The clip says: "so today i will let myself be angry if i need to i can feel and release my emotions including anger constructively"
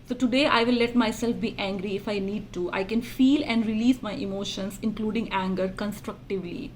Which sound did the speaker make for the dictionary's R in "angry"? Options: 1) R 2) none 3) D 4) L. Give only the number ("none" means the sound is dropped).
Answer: 1